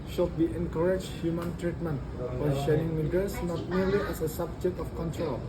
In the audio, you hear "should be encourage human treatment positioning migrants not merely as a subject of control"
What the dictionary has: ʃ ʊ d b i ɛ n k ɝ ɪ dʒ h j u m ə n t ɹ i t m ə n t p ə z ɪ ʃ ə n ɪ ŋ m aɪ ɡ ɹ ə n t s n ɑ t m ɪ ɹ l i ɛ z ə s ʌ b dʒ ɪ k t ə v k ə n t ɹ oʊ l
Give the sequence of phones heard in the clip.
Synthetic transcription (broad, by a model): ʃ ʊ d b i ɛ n k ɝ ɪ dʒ h j u m ə n t ɹ i t m ə n t f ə ʃ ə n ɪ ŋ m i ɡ ə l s n ɑ t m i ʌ l i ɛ s ə s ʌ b dʒ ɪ k t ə f k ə n t ɹ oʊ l